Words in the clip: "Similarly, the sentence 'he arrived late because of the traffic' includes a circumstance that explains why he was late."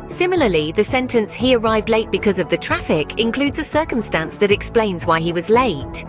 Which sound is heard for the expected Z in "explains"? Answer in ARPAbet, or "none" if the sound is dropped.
Z